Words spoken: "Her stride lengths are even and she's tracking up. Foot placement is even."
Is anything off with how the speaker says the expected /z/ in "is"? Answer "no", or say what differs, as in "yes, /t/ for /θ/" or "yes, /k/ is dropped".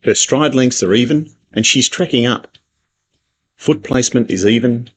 no